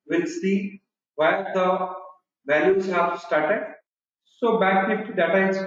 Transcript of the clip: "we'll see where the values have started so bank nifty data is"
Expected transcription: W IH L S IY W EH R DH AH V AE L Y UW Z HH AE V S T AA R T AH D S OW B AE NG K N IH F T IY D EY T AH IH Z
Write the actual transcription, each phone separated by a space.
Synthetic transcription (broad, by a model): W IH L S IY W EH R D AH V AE L Y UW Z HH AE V S T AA R T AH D S OW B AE K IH T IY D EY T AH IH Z